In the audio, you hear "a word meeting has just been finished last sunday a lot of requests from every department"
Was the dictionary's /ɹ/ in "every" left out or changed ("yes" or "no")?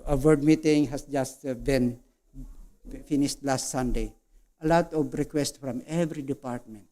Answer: no